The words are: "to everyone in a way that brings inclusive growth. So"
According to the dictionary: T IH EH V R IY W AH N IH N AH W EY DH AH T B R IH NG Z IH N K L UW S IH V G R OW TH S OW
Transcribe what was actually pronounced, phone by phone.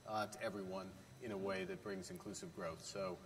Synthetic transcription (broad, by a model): T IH EH V R IY W AH N IH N AH W EY DH AH T B R IH NG Z IH N K L UW S IH V G R OW TH S OW